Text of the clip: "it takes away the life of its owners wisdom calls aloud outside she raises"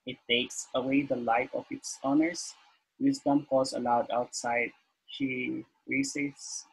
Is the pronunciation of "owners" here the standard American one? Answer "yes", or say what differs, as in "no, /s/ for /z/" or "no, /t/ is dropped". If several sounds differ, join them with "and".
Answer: no, /s/ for /z/